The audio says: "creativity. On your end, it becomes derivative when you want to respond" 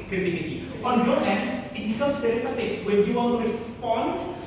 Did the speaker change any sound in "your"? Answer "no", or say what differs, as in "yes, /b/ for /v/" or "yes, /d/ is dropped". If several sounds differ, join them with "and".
yes, /l/ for /ɹ/